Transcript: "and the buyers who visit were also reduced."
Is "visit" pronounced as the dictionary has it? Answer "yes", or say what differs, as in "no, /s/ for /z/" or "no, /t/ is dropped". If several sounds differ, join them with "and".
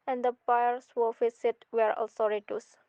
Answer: no, /f/ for /v/ and /s/ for /z/